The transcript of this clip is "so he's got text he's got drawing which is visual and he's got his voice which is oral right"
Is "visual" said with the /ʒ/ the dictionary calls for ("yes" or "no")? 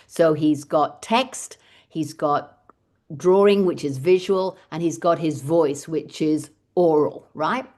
yes